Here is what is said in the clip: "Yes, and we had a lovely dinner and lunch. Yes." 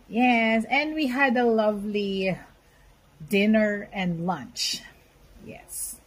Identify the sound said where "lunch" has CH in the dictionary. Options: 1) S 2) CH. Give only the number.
2